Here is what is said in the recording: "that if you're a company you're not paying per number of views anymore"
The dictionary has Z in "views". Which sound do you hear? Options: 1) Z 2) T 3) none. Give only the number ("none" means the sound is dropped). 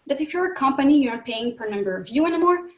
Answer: 3